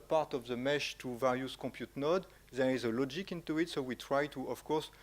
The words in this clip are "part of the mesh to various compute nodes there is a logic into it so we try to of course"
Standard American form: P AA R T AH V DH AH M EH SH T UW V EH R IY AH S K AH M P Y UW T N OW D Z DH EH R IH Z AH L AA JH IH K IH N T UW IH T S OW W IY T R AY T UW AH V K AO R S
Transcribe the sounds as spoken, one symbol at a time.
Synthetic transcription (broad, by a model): P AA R T AH V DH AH M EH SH T UW V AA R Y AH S K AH P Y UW T N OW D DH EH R IH Z AH L AA JH IH K IH N T UW IH T S OW W IY T R AY T UW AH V K AO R S